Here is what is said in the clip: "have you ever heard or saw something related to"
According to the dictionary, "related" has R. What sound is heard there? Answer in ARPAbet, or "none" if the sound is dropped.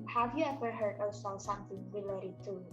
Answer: W